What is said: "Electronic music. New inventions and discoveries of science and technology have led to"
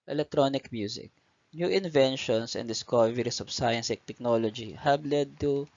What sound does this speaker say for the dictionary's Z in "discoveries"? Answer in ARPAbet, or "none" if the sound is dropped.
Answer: S